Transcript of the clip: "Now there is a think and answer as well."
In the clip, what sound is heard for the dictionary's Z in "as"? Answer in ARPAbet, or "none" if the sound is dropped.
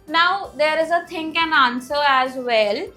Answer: Z